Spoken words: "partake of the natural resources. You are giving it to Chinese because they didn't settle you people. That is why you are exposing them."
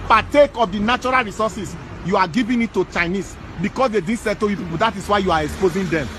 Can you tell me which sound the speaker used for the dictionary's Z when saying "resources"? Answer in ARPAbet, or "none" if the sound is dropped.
S